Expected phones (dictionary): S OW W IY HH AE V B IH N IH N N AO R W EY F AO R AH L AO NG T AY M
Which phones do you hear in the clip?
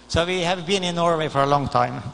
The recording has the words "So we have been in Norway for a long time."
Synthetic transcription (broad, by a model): S OW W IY HH AE V B IH N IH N N AO R W EY F AO R AH L AO NG T AY M